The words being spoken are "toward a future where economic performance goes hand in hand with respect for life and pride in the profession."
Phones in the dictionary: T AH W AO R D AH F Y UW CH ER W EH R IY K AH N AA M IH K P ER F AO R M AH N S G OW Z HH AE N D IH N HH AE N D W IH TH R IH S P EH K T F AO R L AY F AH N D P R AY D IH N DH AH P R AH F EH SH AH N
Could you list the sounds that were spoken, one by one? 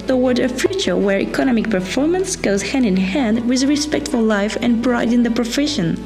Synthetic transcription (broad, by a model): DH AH W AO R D AH F Y UW CH ER W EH R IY K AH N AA M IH K P ER F AO R M AH N S G OW Z HH AE N D IH N HH AE N D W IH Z R IH S P EH K T F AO L L AY F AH N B R AY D IH N DH AH P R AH F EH SH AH N